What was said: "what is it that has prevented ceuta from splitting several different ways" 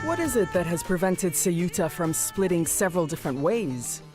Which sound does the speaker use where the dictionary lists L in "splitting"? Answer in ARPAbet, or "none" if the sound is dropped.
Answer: L